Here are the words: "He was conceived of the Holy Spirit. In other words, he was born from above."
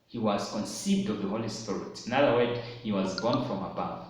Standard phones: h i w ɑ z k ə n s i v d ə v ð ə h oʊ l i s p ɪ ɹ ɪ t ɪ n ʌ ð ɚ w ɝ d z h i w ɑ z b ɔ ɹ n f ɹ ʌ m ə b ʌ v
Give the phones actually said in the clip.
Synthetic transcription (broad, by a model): h i w ɑ z k ə n s i v d ə v ð ə h oʊ l i s p ɪ ɹ ɪ t ɪ n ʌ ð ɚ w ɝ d h i w ɑ z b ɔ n f ɹ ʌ m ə b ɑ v